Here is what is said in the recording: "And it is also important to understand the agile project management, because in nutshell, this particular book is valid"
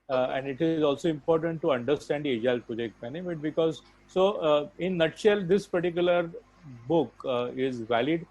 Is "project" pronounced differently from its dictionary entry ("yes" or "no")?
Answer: yes